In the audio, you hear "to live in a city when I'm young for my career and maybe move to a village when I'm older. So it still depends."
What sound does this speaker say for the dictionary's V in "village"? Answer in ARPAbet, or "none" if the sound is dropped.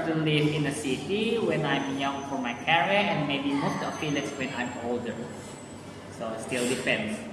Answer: P